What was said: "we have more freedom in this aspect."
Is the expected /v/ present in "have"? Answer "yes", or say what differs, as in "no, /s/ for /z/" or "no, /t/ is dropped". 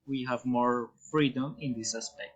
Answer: yes